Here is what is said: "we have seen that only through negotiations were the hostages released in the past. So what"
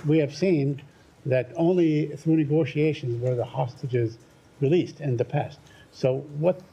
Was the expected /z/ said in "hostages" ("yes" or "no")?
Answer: yes